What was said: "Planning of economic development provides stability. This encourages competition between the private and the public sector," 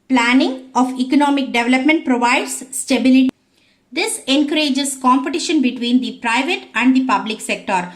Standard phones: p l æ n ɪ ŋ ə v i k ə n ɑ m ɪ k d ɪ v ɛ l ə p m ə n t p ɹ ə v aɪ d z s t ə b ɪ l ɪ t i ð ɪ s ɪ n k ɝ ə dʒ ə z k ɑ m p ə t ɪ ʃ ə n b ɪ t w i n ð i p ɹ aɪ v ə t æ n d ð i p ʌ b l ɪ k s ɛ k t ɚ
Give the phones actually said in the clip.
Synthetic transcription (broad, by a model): p l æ n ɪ ŋ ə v i k ə n ɑ m ɪ k d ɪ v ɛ l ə p m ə n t p ɹ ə v aɪ d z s t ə b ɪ l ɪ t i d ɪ s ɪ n k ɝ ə dʒ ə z k ɑ m p ə t ɪ ʃ ə n b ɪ t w i n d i p ɹ aɪ v ə t æ n d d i p ʌ b l ɪ k s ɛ k t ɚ